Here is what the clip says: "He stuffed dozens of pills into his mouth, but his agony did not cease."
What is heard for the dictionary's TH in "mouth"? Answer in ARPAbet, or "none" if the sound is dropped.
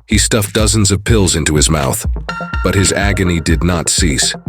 TH